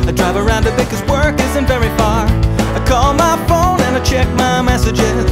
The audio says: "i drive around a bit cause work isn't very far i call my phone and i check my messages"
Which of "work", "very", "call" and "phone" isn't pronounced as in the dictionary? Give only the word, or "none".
none